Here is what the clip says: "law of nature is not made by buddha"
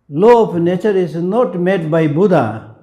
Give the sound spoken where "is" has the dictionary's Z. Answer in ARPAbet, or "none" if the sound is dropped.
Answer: S